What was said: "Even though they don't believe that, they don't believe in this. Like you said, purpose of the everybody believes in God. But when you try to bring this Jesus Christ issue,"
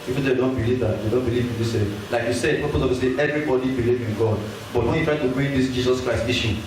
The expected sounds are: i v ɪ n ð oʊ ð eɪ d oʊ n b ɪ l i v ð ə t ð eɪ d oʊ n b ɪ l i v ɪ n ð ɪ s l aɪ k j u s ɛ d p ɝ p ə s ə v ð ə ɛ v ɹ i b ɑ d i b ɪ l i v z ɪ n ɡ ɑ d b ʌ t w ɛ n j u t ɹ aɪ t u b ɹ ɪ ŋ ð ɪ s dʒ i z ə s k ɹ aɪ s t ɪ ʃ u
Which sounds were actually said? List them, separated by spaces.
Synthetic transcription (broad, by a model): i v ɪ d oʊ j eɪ d oʊ n b ɪ l i v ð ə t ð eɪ d oʊ n b ɪ l i v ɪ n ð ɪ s l aɪ k j u s ɛ d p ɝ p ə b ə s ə ɛ v ɹ i b ɑ d i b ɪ l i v ɪ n ɡ ɑ d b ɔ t w ɛ n j u t ɹ aɪ t u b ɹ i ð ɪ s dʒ i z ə s k ɹ aɪ s t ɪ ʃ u